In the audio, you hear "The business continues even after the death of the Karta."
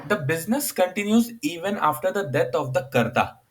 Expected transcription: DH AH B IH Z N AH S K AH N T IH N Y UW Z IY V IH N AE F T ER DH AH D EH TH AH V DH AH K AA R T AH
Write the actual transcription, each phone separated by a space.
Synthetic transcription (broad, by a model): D AH B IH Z N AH S K AH N T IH N Y UW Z IY V IH N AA F T ER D AH D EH T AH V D AH K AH R T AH